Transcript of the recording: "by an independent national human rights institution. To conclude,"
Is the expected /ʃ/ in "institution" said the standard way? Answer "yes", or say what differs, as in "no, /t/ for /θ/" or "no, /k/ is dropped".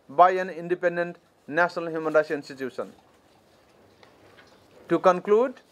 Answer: no, /s/ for /ʃ/